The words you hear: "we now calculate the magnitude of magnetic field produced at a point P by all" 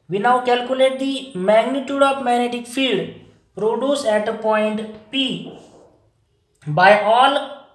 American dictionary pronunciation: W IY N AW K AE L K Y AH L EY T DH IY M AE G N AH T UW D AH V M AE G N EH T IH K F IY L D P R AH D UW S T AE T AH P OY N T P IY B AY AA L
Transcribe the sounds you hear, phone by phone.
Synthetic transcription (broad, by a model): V IY N AW K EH L K Y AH L EY T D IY M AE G N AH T UW D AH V M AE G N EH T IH K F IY L D P R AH D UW S EH T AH P OY N T P IY B AY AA L